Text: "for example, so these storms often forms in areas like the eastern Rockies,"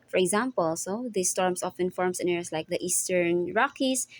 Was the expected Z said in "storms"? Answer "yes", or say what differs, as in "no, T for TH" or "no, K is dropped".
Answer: no, S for Z